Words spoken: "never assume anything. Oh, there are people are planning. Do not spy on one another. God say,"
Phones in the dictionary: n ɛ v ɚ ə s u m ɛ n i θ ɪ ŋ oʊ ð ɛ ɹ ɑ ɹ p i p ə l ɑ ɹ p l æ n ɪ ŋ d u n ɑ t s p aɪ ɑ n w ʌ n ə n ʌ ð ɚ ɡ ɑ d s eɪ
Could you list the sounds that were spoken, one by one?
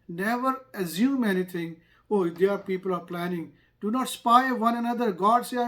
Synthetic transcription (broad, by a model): n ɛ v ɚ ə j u m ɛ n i t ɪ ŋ oʊ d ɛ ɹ ɑ ɹ p i p ə l ɑ ɹ p l æ n ɪ ŋ d u n ɑ t s p aɪ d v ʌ n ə n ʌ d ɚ ɡ ɑ d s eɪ